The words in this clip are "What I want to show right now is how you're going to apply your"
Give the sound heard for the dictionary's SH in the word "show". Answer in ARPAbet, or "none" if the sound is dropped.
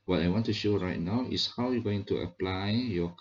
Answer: SH